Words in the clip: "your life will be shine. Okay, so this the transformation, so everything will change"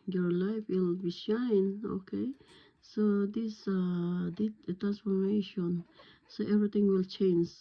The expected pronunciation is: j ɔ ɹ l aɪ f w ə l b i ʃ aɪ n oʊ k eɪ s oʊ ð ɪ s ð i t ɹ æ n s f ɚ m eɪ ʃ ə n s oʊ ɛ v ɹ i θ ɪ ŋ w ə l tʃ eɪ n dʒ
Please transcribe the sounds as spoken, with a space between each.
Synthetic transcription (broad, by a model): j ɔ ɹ l aɪ f w ə l b i ʃ aɪ n oʊ k eɪ s oʊ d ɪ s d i t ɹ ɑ n s f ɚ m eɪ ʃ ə n s oʊ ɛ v ɹ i t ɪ ŋ w ə l tʃ eɪ n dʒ